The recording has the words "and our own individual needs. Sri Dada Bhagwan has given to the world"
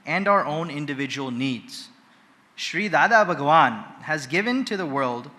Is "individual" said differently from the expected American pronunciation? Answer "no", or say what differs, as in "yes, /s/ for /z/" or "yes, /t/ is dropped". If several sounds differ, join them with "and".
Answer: no